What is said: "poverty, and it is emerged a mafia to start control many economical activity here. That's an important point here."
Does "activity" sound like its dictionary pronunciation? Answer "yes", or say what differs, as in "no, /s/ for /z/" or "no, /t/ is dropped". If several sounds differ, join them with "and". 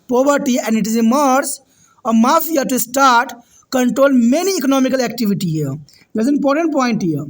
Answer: yes